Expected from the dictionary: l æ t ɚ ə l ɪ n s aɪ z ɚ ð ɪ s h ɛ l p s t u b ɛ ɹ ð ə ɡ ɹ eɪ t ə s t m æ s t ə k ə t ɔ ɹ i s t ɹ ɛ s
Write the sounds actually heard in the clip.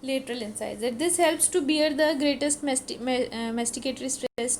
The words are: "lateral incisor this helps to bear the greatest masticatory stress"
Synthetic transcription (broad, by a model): l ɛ t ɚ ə l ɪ n s aɪ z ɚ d ɪ s h ɛ l p s t u b ɛ ɹ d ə ɡ ɹ eɪ t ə s t m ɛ s t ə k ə t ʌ ɹ i s t ɹ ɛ s